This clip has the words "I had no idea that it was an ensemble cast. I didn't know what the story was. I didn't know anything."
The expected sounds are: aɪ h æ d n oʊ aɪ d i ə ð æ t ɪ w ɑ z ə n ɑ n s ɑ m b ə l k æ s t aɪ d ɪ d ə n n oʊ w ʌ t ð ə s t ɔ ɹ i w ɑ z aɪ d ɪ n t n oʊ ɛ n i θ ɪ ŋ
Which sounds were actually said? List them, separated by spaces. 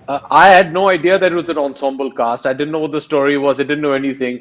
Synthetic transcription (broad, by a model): aɪ h æ d n oʊ aɪ d i ə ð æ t ɪ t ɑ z ə n ɑ n s ɑ m b ə l k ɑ s t aɪ d ɪ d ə n n oʊ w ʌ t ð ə s t ɔ ɹ i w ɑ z aɪ d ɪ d n oʊ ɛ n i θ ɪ ŋ